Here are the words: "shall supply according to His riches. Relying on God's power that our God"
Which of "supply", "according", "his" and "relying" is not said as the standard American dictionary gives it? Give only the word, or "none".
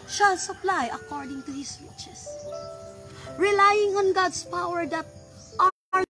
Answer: his